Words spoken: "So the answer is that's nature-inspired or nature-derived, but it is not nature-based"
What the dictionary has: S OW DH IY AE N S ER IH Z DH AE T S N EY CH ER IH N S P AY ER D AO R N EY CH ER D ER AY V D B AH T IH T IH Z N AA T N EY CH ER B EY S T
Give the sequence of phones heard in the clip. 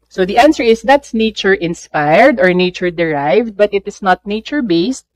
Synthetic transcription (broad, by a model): S OW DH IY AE N S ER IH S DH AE T S N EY CH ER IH N S P AY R D AO R N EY CH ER D ER AY V D B AH T IH T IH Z N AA T N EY CH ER B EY S T